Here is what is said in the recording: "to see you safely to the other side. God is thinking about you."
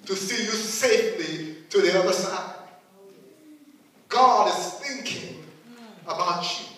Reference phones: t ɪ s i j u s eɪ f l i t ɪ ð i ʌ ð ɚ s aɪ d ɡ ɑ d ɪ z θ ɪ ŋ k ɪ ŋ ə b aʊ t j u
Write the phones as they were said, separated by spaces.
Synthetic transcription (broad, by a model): t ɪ s i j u s eɪ f l i t ɪ ð i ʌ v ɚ s aɪ d ɡ ɑ d ɪ z θ ɪ ŋ k ɪ ŋ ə b aʊ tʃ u